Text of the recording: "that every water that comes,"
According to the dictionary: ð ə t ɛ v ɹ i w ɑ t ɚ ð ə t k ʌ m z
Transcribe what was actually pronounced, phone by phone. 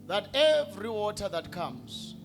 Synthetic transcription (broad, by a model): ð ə t ɛ v ɹ i w ɑ t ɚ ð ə t k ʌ m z